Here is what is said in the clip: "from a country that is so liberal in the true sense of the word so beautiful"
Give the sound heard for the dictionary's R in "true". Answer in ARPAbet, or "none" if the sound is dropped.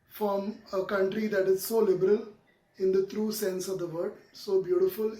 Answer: R